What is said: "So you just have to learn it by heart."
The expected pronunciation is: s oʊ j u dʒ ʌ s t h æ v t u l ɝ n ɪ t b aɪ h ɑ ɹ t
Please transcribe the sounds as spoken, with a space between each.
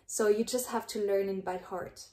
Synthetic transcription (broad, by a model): s oʊ j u dʒ ʌ s t h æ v t u l ɝ n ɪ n b aɪ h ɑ ɹ t